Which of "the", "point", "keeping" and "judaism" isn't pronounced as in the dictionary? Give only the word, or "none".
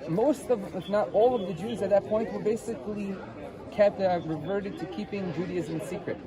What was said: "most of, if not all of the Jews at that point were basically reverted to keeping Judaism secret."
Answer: none